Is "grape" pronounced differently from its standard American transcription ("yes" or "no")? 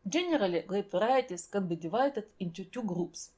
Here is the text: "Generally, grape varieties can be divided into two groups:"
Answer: yes